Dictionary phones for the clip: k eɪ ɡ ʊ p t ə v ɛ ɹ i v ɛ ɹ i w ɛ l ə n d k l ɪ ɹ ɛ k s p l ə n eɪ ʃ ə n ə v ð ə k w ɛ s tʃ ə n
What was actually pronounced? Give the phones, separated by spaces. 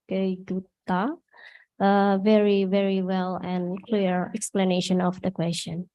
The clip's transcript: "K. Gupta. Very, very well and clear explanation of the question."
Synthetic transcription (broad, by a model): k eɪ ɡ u t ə v ɛ ɹ i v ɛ ɹ i w ɛ l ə n k l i ɹ ɛ k s p l ə n eɪ ʃ ə n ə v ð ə k w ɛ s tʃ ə n